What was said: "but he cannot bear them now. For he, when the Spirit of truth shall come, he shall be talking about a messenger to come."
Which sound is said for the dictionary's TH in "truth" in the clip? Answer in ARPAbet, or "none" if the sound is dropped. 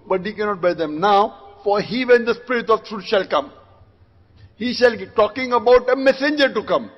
T